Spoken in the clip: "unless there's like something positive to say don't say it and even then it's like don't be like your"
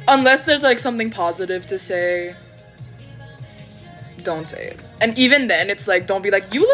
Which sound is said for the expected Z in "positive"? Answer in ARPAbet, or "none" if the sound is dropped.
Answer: Z